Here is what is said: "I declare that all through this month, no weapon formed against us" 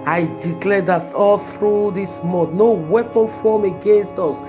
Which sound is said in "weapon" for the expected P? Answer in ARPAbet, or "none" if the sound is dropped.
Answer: P